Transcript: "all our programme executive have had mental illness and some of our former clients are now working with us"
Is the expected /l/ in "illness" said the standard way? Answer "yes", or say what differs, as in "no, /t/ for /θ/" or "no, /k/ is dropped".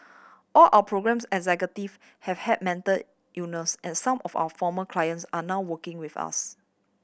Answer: no, /l/ is dropped